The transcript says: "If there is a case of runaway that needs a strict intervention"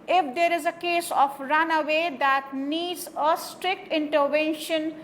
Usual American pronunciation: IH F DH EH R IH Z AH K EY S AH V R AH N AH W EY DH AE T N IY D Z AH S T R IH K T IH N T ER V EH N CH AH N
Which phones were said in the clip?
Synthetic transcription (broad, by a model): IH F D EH R IH Z AH K EY S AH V R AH N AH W EY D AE T N IY D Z AH S T R IH K T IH N T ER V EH N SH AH N